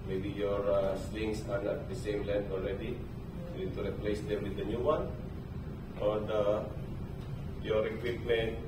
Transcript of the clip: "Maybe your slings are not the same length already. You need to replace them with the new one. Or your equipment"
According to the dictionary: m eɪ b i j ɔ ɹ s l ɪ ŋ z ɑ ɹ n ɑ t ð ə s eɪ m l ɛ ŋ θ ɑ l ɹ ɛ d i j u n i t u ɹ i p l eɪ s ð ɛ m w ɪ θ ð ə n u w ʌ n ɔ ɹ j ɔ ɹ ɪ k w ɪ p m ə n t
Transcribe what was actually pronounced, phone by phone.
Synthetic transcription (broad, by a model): m eɪ b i j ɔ ɹ s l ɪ ŋ s ɑ ɹ n ɑ t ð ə s eɪ m l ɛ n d ɑ l ɹ ɛ d i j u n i t u ɹ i p l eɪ s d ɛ m w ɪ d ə n u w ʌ n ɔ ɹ j ɔ ɹ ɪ k w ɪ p m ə n t